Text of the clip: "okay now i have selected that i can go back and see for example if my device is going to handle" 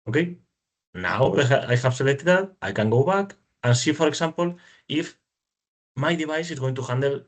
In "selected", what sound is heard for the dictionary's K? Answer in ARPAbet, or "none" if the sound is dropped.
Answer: none